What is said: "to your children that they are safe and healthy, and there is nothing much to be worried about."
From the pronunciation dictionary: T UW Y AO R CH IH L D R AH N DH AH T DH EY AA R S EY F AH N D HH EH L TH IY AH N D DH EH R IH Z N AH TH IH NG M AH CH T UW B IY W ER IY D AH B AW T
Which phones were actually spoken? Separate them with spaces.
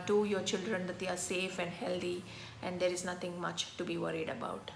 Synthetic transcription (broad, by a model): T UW Y AO R CH IH L D R AH N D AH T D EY AA R S EY F AH N D HH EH L T IY AH N D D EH R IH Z N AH T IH NG M AH CH T UW B IY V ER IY D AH B AW T